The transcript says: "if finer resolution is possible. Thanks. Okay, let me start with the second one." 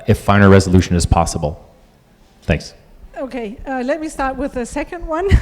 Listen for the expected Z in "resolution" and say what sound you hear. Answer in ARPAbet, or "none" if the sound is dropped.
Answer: Z